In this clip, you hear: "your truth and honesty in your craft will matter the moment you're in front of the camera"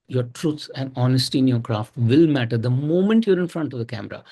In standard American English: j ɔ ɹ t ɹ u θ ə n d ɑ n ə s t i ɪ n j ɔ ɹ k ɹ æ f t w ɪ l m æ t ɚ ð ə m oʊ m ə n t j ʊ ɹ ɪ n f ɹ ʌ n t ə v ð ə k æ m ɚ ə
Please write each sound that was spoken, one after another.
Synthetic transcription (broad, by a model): j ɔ ɹ t ɹ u s ə n d ɑ n ə s t i ɪ n j ɔ ɹ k ɹ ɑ f t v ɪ l m æ t ɚ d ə m oʊ m ə n t j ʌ ɹ ɪ n f ɹ ʌ n t ə v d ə k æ m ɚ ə